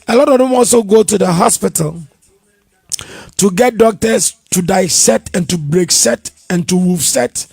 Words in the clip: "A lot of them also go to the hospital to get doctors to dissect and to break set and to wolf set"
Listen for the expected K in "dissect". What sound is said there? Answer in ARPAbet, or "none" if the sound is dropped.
none